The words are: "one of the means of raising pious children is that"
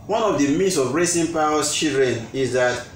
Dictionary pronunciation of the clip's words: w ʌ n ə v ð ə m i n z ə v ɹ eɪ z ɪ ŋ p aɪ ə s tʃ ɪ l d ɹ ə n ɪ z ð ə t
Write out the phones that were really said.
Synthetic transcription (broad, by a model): w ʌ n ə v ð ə m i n s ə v ɹ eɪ s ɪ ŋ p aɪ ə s tʃ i l d ɹ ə n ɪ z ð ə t